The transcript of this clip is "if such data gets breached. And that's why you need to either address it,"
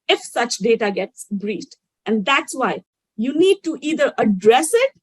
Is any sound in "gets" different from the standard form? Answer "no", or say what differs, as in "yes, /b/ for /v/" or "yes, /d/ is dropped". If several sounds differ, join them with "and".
no